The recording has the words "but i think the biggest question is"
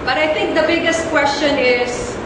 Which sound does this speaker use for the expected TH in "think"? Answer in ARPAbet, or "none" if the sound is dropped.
T